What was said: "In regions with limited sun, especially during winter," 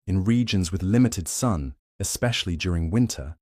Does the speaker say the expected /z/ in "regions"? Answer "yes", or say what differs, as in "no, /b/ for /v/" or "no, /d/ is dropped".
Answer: yes